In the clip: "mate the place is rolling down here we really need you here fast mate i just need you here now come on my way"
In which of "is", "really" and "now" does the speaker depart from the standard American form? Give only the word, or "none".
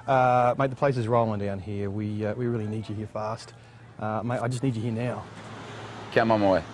none